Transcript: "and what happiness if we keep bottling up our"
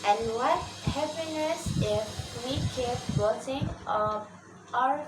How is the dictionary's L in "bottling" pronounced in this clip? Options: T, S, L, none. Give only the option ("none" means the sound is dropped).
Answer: none